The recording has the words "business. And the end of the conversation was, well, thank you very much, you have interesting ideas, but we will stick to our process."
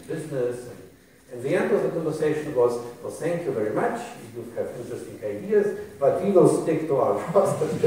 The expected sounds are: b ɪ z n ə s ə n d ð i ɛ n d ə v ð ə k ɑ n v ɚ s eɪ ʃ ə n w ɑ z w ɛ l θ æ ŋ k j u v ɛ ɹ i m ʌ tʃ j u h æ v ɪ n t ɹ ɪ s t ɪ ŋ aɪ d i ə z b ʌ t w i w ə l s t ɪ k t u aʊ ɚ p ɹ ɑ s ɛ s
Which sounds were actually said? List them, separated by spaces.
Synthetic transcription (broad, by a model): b ɪ z n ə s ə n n ð i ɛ n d ə v ð ə k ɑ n v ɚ s eɪ ʃ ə n w ɑ z w ɛ l θ æ ŋ k j u v ɛ ɹ i m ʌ tʃ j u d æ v ɪ n t ɹ ɪ s t ɪ ŋ aɪ d i ə z b ʌ t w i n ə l s t ɪ k t u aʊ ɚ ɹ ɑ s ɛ